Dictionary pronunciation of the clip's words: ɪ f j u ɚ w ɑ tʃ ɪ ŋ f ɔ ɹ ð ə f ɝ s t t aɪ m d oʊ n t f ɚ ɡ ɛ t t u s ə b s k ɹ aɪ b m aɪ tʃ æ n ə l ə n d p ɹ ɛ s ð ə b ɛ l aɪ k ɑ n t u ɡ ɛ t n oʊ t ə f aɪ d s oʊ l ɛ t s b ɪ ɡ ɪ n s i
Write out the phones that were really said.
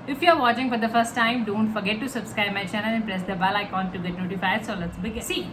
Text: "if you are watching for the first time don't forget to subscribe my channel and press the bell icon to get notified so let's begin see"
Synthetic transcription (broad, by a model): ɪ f j u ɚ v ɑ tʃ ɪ ŋ f ɔ ɹ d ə f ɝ s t t aɪ m d oʊ n t f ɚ ɡ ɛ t t u s ə b s k ɹ aɪ b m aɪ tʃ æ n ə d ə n p ɹ ɛ s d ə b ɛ l aɪ k ɑ n t u ɡ ɛ t n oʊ t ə f aɪ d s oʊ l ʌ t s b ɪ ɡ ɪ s i